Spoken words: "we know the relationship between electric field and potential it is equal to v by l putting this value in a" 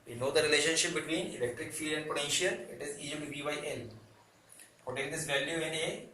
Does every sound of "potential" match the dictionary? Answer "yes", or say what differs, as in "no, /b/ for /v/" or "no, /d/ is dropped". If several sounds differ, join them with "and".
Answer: yes